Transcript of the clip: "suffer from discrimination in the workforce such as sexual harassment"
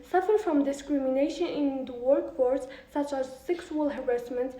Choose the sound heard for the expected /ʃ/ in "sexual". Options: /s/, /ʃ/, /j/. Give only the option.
/s/